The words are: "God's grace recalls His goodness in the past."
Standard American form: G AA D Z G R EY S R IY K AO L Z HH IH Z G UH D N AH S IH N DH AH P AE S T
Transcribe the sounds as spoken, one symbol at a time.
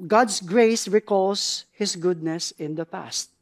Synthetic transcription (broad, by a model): G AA D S G R EY S R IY K AO L S HH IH S G UH D N AH S IH N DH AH P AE S T